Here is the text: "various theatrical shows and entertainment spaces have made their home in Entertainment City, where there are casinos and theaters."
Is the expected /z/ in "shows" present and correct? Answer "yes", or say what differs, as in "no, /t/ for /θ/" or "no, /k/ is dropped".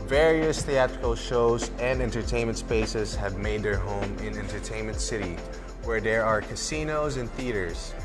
yes